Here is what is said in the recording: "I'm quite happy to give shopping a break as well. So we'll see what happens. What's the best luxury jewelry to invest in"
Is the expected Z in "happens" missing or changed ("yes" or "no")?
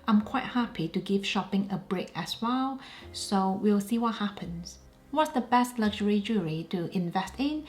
yes